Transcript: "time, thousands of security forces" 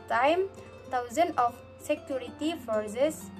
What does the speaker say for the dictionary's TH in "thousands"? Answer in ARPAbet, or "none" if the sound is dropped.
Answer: T